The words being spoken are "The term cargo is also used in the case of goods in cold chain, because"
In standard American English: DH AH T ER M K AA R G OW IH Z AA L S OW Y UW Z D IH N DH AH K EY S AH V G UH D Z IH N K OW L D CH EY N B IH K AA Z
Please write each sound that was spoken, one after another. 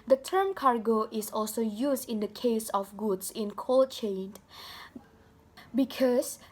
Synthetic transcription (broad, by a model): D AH T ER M K AA R G OW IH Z AA L S OW Y UW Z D IH N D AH K EY S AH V G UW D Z IH N K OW L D CH EY N B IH K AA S